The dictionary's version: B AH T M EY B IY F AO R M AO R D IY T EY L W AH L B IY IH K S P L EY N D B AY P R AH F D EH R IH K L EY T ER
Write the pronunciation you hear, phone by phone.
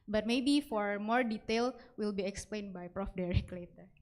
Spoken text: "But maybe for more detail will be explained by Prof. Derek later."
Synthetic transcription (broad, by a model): B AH T M EY B IY F AO R M AO R D IY T EY L W AH L B IY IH K S P L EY N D B AY P R AH F D EH R IH K L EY T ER